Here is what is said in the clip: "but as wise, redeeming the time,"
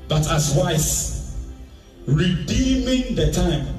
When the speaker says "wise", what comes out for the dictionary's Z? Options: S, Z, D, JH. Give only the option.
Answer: S